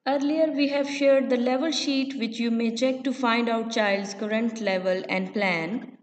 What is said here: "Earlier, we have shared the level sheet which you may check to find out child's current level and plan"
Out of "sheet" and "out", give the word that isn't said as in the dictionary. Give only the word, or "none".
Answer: none